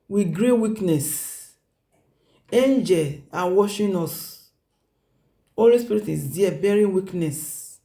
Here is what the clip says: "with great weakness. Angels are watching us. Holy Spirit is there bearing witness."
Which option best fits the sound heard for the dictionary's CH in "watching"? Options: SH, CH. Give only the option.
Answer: SH